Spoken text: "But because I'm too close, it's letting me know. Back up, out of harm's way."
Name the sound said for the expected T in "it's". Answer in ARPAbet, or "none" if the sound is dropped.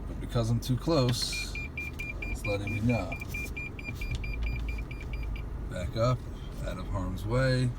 S